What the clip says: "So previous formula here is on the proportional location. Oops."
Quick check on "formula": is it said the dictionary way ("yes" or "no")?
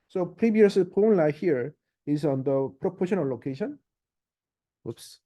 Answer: no